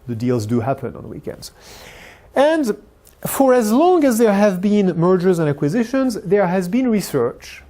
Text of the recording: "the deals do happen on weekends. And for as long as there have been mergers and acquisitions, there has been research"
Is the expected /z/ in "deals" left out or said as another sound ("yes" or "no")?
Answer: no